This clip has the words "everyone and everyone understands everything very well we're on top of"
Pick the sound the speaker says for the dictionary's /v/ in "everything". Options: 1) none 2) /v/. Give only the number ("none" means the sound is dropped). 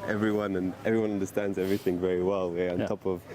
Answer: 2